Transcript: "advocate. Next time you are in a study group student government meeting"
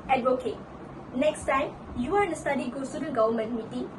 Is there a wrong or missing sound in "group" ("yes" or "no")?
yes